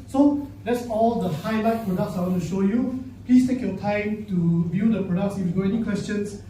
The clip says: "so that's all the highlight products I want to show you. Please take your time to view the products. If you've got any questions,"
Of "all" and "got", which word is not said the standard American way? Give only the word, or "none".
got